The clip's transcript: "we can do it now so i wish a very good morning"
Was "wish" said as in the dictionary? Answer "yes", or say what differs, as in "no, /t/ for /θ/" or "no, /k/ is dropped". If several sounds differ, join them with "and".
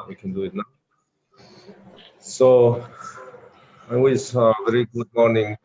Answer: no, /s/ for /ʃ/